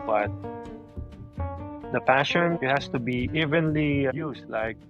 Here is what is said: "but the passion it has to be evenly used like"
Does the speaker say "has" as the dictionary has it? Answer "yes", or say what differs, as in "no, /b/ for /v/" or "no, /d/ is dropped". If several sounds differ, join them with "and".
no, /s/ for /z/